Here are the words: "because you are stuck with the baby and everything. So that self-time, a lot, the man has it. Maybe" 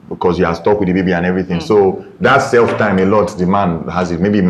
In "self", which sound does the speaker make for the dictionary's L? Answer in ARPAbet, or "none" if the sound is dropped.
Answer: L